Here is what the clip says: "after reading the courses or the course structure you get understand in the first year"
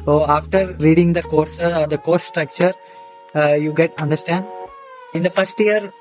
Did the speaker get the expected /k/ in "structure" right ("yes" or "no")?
yes